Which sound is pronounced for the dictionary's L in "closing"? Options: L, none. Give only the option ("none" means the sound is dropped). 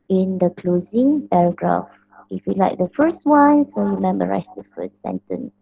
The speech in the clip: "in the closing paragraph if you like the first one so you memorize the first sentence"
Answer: L